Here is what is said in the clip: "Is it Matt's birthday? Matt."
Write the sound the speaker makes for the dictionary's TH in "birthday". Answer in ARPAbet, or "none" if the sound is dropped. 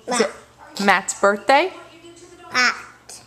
TH